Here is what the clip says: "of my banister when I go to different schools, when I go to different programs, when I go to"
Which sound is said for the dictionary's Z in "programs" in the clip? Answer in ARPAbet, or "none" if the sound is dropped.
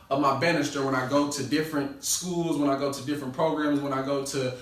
Z